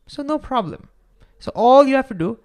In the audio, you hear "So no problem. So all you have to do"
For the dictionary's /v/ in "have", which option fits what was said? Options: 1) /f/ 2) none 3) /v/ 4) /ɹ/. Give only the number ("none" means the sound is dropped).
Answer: 1